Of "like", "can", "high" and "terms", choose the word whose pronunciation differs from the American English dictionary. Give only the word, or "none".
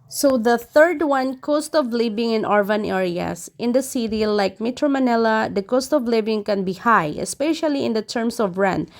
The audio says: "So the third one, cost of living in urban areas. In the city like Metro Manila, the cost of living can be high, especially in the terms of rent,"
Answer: terms